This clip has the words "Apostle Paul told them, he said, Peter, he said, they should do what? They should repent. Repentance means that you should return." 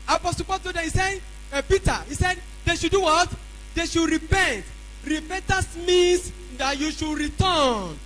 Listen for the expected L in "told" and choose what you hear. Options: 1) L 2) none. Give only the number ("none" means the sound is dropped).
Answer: 2